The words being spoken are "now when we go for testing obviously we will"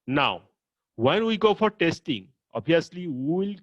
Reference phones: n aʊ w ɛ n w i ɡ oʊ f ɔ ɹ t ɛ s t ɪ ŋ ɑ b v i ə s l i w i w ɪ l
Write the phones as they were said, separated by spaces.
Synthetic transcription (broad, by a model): n aʊ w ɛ n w i ɡ oʊ f ɔ ɹ t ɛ s t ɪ ŋ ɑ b i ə s l i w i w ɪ l